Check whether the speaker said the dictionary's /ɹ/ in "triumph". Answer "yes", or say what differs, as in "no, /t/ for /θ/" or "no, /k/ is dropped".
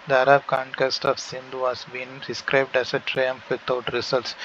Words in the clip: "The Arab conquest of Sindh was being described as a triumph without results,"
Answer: yes